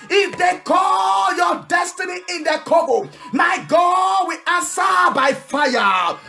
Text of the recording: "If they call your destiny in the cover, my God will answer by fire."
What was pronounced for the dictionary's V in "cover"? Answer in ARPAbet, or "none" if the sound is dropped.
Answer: B